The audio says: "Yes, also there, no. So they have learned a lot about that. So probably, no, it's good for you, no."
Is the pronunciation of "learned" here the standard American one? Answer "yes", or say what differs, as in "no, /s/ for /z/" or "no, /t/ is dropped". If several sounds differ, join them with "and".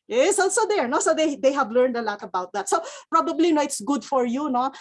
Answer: yes